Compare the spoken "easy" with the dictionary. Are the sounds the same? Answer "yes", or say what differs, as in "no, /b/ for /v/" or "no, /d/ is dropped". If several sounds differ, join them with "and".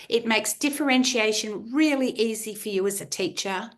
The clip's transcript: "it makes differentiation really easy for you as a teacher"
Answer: yes